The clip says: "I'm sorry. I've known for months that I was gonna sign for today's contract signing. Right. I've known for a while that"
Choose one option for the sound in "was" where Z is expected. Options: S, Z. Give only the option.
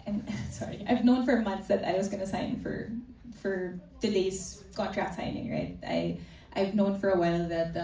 Z